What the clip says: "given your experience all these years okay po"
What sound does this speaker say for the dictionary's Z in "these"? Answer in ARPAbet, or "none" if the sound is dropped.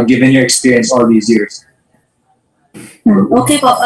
Z